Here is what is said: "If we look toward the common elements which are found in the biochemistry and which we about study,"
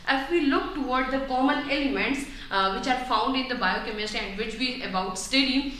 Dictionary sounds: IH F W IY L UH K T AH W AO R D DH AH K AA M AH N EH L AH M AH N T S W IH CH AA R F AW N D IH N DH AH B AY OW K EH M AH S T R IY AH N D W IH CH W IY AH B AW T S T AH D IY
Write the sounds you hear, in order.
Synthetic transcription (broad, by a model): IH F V IY L UH K T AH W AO R D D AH K AA M AH N EH L AH M AH N T S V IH CH AA R F AW N D IH N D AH B AY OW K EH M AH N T IY AH N D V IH CH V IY AH B AW T S T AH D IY